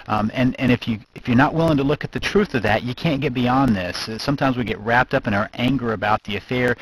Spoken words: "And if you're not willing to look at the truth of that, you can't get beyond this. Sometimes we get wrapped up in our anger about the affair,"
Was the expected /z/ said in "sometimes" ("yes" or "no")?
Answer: yes